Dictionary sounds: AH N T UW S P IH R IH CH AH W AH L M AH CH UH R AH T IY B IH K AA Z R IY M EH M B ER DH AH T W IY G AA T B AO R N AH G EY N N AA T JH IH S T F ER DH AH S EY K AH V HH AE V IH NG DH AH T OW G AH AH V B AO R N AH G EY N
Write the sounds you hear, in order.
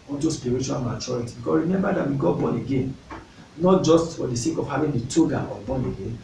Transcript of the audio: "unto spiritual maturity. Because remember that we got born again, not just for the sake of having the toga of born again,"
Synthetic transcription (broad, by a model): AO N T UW S P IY R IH CH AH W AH L M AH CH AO R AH T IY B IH K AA R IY M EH M B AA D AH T W IY G AA T B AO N AH G EY N N AA T JH IH S T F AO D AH S EY K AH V HH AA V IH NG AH T OW G AH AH B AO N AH G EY N